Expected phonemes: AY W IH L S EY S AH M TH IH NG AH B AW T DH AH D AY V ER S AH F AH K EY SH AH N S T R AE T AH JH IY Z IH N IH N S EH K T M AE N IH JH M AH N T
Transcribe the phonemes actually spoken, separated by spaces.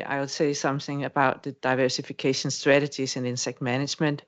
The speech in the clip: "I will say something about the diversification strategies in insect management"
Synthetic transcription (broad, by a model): AY W IH L S EY S AH M TH IH NG AH B AW T DH AH D AY V ER S AH F AH K EY SH AH N S T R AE T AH JH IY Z IH N IH N S EH K T M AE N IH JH M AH N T